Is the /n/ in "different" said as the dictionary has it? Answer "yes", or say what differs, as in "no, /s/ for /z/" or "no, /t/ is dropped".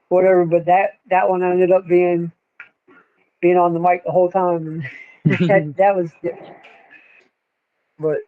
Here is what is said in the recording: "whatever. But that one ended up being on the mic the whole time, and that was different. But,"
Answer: no, /n/ is dropped